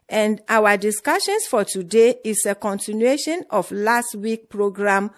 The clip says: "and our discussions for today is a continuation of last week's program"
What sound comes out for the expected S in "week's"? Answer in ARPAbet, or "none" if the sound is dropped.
none